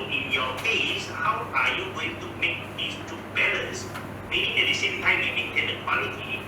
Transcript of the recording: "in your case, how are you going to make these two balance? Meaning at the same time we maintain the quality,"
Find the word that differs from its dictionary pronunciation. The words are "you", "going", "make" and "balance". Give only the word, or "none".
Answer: balance